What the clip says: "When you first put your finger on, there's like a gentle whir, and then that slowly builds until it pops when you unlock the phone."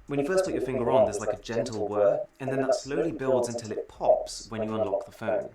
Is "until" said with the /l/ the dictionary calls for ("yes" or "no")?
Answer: yes